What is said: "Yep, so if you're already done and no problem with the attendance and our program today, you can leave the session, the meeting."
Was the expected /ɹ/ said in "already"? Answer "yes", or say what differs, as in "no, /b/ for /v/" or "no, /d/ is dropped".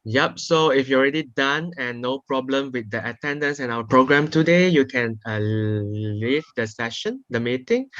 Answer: yes